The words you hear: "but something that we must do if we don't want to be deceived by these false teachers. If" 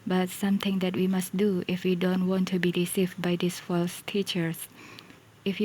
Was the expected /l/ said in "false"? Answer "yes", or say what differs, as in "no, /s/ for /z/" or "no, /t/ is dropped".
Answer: yes